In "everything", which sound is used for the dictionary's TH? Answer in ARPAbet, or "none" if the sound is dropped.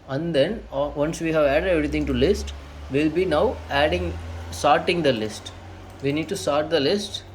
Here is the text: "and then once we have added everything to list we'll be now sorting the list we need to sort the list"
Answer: T